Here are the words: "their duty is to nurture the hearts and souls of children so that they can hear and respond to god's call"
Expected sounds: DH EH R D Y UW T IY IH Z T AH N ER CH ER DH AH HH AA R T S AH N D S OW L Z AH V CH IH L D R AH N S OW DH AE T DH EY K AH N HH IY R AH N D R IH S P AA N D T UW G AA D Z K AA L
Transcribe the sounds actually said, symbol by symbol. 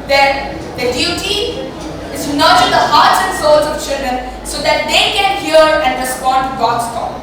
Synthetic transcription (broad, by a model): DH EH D D Y UW T IY IH Z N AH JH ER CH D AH HH AA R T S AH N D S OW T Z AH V CH IH L D R AH N S OW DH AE T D EY K AH N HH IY R AH N D R IH S P AA N D T UW G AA D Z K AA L